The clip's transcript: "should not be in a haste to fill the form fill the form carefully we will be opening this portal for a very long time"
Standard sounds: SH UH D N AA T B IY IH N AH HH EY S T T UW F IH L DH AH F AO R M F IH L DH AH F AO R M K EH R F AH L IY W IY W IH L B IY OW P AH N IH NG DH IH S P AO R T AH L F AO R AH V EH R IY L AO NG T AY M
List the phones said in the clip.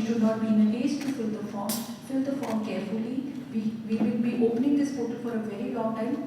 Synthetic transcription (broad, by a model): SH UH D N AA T B IY IH N AH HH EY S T T UW F IH L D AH F AO R M F IH L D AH F AO R M K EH R F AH L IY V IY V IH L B IY OW P AH N IH NG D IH S F AO T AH F AO R AH V EH R IY L AO NG T AY M